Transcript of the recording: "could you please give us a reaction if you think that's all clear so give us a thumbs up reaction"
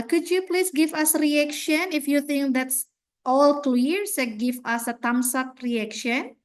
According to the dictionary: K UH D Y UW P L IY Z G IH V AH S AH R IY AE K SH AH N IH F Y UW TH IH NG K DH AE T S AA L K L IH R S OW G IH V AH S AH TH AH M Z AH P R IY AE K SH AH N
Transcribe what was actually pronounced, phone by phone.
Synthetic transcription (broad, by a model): K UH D Y UW P L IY S G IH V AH S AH R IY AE K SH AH N IH F Y UW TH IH NG K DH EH T S AA L K L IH R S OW G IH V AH S AH T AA M S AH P R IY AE K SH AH N